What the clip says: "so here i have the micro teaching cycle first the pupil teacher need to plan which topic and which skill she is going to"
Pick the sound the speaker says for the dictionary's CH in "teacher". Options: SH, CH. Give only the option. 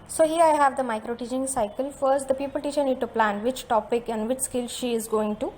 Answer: SH